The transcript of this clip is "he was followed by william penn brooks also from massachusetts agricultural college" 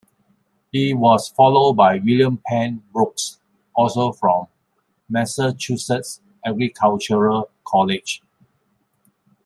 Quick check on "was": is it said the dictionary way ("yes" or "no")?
no